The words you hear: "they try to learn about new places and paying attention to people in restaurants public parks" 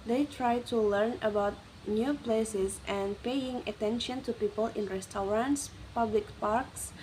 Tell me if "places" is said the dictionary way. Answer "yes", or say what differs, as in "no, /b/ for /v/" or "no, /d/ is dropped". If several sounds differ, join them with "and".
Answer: yes